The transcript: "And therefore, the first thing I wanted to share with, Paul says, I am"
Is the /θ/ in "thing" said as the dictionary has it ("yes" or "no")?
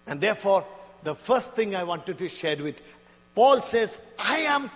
no